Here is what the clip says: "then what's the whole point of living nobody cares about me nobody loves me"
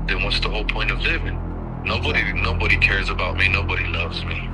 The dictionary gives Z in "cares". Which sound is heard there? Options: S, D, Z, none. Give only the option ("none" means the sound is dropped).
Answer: Z